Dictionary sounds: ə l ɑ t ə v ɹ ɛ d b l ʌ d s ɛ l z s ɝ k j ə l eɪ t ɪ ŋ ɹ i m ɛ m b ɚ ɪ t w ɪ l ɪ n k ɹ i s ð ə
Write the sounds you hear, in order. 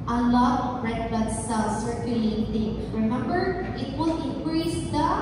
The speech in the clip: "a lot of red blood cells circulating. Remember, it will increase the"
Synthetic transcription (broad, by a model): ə l ɑ t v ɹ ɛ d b ʌ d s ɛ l s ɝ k j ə l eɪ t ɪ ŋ ɹ i m ɛ m b ɚ ɪ t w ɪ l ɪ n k ɹ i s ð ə